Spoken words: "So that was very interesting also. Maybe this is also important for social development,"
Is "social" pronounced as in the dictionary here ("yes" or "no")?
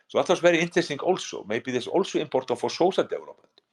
no